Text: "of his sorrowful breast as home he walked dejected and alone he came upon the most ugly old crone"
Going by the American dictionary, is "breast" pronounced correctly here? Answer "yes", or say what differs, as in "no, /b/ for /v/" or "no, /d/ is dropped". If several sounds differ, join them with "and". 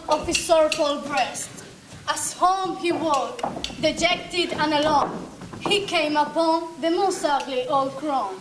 yes